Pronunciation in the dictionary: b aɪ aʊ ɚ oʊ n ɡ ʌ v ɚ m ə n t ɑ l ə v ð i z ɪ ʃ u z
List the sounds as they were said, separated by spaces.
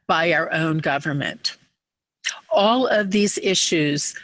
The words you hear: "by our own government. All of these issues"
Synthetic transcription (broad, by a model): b aɪ aʊ ɚ oʊ n ɡ ʌ v ɚ m ə n t ɑ l ə v ð i z ɪ ʃ u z